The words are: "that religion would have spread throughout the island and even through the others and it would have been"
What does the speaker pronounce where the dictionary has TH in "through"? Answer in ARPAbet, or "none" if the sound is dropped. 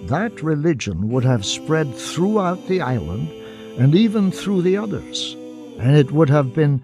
TH